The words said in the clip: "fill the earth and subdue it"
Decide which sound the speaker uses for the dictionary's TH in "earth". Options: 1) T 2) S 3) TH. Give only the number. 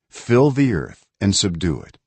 3